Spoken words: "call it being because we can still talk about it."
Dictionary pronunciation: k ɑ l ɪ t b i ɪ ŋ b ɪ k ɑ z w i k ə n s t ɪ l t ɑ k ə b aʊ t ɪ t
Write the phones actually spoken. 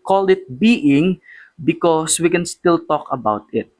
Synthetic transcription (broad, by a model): k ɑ l ɪ t b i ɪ ŋ b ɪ k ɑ s w i k ə n s t ɪ l t ɑ k ə b aʊ t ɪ t